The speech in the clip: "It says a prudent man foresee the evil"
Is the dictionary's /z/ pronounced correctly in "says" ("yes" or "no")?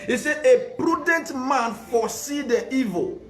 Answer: no